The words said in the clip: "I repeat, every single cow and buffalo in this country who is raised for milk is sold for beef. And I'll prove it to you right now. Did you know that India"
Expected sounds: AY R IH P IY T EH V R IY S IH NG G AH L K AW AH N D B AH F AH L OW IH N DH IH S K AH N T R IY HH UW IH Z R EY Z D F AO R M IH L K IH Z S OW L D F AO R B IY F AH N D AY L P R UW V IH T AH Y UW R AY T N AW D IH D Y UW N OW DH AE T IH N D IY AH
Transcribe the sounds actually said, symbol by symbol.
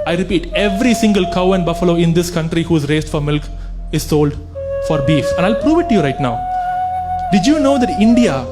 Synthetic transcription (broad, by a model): AY R IH P IY T EH V R IY S IH NG G AH L K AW AH N D B AH F AH L OW IH N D IH S K AH N T R IY HH UW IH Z R EY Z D F AO R M IH L K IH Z S OW L D F AO R B IY F AH N D AY L P R UW V IH T AH Y UW R AY T N AW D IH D Y UW N OW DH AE T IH N D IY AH